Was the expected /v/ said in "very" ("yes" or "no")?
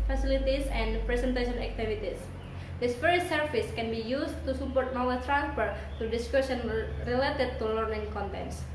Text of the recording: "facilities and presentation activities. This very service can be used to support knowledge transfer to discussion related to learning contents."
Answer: no